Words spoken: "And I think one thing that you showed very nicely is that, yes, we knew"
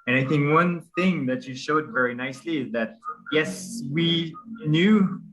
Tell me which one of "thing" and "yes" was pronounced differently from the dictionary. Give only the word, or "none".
none